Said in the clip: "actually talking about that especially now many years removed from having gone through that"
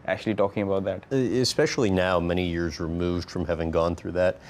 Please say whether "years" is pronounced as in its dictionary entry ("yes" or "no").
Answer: yes